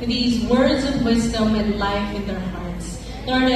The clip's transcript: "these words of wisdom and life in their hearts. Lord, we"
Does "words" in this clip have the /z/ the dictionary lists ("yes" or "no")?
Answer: yes